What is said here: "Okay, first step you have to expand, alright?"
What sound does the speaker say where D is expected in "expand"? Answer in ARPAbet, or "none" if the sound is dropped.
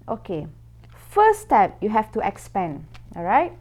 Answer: none